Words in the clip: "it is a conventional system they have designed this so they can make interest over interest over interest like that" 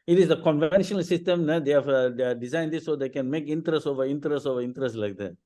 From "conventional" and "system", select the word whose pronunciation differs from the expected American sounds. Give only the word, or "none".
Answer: none